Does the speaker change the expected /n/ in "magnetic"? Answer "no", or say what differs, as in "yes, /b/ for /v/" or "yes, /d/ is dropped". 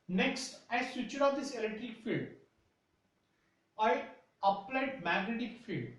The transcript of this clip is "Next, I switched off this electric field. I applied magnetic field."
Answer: no